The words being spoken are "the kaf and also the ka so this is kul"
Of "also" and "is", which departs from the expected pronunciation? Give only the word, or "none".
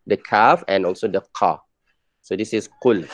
is